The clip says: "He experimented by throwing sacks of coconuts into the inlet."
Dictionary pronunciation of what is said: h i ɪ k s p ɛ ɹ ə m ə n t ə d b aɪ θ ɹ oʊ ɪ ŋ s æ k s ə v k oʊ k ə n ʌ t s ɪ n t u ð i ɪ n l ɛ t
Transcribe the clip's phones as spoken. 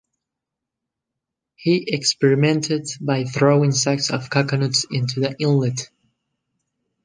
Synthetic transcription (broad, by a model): h i ɪ k s p ɛ ɹ ə m ə n t ə d b aɪ θ ɹ oʊ ɪ ŋ s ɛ k s ə v k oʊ k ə n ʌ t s ɪ n t u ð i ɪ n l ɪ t